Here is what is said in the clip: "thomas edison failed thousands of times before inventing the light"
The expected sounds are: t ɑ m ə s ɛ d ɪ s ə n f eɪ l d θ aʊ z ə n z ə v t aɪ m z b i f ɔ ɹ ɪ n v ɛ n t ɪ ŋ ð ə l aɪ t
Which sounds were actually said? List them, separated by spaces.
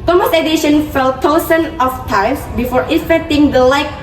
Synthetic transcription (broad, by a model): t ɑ m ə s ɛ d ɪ ʃ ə n f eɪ l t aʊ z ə n ə f t aɪ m s b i f ɔ ɹ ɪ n f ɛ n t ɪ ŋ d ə l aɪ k